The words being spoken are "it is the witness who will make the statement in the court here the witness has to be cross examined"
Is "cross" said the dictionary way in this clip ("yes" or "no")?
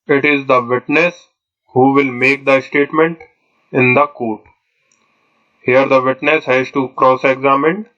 yes